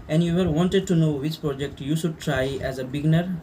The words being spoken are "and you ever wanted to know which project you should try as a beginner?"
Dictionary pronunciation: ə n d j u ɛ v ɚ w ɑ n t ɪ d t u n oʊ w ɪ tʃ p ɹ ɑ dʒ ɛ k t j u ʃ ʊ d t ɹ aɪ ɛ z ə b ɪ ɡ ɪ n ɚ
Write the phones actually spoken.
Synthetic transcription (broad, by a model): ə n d j u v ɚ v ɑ n t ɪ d t u n oʊ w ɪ tʃ p ɹ ɑ dʒ ɛ k t j u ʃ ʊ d t ɹ aɪ ɛ z ə b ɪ ɡ n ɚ